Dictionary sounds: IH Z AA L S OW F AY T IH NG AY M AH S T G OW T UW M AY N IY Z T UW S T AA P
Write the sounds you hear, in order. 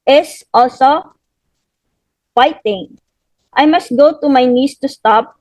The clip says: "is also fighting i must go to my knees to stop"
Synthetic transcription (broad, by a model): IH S AA L S OW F AY T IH NG AY M AH S T G OW T UW M AY N IY S T UW S T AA P